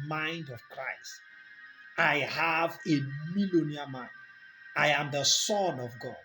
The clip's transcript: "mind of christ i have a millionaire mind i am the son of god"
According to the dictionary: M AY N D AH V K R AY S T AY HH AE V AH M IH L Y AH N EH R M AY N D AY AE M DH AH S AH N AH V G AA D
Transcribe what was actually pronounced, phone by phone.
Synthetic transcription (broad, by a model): M AY N D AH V K R AY S T AY HH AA V AH M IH L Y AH N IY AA M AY N AY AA M DH AH S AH N AH V G AA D